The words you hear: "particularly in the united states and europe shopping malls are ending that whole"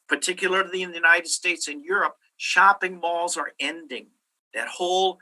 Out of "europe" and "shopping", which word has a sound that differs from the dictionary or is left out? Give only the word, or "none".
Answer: none